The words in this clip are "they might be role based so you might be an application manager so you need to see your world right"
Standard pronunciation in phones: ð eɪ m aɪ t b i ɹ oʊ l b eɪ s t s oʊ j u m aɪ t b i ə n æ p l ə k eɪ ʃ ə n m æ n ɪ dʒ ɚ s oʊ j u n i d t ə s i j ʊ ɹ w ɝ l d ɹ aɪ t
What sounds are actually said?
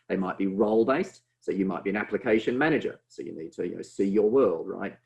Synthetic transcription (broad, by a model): ð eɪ m aɪ t b i ɹ oʊ l b eɪ s t s oʊ j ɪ m aɪ t b i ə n æ p l ə k eɪ ʃ ə n m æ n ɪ dʒ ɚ s oʊ j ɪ n i d t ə s i j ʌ ɹ w ɝ l d ɹ aɪ t